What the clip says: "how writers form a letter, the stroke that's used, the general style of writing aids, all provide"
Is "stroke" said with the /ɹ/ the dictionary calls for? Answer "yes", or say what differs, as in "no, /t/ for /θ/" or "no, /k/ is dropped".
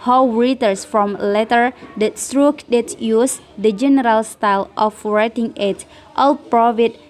yes